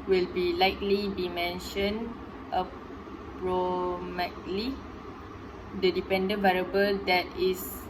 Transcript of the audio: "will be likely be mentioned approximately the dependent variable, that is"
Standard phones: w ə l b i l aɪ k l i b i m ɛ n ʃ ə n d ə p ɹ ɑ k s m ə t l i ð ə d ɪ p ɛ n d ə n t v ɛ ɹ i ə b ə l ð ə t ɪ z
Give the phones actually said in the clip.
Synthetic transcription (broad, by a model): w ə l b i l aɪ k l i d i m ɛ n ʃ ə n ə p ɹ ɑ m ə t l i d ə d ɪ p ɛ n d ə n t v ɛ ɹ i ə b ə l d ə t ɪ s